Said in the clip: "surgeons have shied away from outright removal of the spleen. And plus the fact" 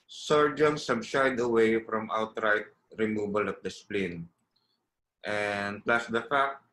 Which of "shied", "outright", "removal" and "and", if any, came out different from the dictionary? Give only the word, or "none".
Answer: removal